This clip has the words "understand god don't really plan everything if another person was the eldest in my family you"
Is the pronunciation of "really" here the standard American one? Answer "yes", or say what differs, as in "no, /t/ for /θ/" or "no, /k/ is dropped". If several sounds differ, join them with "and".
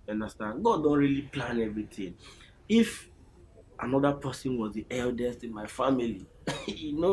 yes